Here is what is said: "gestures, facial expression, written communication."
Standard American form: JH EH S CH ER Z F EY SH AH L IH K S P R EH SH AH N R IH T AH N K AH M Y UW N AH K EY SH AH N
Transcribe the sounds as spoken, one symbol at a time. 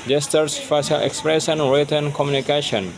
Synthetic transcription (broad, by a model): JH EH S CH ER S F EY S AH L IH K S P R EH S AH N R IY T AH N K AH M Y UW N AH K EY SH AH N